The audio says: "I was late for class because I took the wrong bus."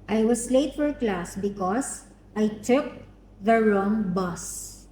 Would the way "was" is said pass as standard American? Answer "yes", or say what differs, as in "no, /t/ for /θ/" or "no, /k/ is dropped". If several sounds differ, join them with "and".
no, /s/ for /z/